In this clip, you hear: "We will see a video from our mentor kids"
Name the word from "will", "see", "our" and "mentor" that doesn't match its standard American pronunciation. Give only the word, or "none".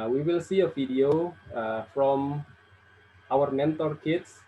none